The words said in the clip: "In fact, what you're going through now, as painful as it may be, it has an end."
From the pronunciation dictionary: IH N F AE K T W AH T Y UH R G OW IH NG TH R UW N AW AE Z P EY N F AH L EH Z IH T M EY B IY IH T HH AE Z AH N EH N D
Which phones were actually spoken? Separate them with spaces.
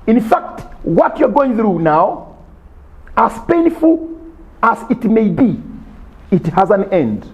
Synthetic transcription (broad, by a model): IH N F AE K T W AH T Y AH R G OW IH NG TH R UW N AW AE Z P EY N F AH L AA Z IH T M EY B IY IH T HH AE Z AH N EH N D